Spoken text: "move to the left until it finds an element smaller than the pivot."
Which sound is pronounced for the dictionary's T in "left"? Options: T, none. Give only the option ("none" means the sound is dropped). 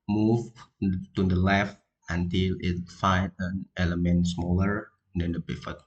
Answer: T